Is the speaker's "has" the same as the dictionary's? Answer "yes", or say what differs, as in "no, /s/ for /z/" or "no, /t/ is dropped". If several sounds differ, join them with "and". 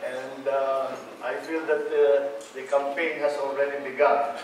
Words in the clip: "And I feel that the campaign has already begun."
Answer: no, /s/ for /z/